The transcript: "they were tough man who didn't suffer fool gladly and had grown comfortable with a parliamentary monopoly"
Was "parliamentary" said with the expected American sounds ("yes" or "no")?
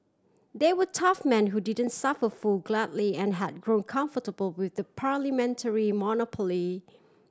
yes